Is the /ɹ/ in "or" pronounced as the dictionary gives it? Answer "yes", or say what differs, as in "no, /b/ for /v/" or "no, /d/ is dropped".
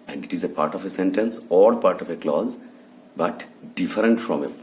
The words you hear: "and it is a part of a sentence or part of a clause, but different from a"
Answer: no, /l/ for /ɹ/